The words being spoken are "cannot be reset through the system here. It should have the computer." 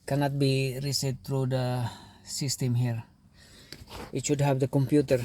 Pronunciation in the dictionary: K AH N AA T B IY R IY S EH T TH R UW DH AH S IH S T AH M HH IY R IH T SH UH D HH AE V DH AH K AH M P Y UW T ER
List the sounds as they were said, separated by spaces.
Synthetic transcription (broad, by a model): K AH N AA T B IY R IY S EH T T R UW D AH S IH S T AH M HH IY R IH T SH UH D HH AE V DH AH K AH M P Y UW T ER